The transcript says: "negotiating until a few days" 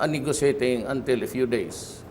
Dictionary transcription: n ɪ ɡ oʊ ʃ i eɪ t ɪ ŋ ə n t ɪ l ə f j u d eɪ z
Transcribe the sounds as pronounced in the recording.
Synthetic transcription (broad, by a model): n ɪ ɡ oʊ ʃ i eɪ t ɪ ŋ ə n t ɪ l ə f j u d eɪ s